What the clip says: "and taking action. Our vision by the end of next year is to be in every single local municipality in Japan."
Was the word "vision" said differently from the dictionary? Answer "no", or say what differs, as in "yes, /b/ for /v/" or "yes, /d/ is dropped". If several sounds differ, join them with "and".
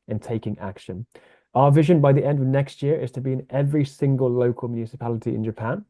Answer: no